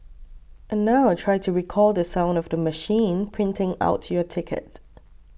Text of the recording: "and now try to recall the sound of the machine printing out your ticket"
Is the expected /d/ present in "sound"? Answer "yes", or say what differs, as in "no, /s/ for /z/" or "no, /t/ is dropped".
yes